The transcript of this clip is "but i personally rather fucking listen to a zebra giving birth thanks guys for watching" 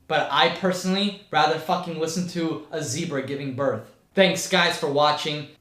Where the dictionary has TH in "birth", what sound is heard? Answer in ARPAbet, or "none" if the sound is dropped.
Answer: TH